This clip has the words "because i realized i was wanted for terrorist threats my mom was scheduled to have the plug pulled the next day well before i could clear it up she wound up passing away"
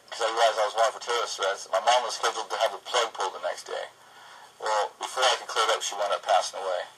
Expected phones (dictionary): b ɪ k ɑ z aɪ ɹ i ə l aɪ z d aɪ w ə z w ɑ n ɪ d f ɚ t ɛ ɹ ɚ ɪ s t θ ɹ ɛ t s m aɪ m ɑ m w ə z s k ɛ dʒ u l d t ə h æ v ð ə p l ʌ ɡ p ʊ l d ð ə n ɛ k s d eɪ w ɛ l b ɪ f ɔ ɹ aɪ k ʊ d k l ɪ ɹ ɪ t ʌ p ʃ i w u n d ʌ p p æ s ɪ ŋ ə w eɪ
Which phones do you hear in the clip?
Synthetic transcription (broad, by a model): k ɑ z aɪ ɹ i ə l aɪ z aɪ w ə z w ɑ ɪ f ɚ t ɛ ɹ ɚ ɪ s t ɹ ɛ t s m aɪ m ɑ m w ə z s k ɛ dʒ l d t ə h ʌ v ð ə p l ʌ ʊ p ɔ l ð ə n ɛ k s d eɪ w ɛ l b ɪ f ɔ ɹ aɪ k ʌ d k l ɪ ɹ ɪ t ʌ p ʃ i w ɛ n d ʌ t p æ s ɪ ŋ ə w eɪ